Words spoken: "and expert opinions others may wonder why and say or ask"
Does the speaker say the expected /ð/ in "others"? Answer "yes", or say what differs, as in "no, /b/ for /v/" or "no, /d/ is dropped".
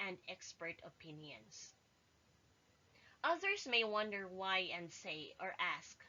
yes